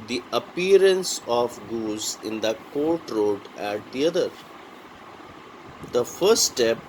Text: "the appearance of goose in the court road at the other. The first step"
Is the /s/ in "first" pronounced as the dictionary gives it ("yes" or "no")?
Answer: no